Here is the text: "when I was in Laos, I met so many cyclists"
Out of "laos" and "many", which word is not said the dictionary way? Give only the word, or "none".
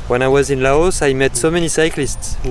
none